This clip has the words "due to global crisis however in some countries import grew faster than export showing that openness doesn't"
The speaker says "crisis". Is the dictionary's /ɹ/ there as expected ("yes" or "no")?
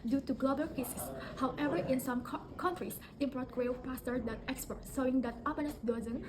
no